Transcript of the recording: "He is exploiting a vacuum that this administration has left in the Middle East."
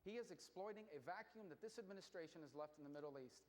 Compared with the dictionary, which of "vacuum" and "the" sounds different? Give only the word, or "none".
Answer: none